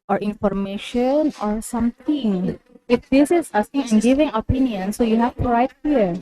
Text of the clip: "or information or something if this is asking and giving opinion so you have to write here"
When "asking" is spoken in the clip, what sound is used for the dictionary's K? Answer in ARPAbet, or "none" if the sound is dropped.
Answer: none